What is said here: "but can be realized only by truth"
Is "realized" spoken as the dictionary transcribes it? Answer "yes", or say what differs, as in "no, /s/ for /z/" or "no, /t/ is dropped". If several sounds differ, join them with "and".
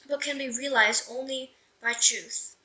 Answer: yes